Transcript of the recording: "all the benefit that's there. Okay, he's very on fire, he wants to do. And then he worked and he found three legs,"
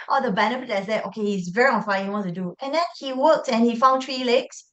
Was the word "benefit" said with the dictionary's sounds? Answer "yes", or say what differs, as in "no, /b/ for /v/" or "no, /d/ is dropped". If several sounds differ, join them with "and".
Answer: no, /p/ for /f/